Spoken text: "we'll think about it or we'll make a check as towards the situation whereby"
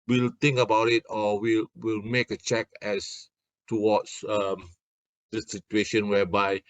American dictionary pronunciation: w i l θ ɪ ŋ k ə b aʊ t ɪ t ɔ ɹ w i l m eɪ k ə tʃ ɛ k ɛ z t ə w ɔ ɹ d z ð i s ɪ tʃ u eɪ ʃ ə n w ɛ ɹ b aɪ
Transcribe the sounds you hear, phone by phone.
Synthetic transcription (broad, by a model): w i l t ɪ ŋ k ə b aʊ t ɪ t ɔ l w i l m eɪ k ə tʃ ɛ k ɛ s t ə w ɔ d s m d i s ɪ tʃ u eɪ ʃ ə n w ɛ b aɪ